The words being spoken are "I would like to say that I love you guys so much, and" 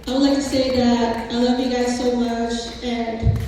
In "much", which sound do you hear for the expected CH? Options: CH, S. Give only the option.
CH